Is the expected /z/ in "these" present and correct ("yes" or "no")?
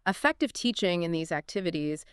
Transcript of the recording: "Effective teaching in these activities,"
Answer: yes